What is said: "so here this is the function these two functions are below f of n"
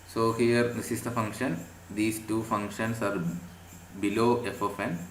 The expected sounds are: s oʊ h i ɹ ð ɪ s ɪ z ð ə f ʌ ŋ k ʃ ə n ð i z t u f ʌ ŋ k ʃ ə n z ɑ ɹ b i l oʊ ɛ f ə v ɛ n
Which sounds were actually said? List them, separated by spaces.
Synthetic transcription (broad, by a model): s oʊ h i ɹ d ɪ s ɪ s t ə f ʌ ŋ k ʃ ə n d i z t u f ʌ ŋ k ʃ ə n s ɑ ɹ b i l oʊ ɛ f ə f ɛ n